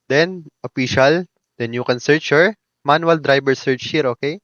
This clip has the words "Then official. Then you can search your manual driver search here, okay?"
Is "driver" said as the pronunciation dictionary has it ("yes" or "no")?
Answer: no